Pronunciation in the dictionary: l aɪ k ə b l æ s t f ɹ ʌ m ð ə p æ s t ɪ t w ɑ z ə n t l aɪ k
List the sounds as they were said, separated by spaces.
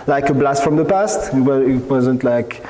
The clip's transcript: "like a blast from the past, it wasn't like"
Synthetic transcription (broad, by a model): l aɪ k ə b l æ s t f ɹ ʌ m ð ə p æ s t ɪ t w ɑ z ə n t l aɪ k